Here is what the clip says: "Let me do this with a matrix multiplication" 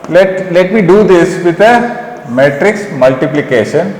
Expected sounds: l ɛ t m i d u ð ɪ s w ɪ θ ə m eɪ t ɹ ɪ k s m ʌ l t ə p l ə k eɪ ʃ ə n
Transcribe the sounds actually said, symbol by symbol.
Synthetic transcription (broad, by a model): l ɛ t m i d u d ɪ s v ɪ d ə m eɪ t ɹ ɪ k s m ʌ l t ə p l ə k eɪ ʃ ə n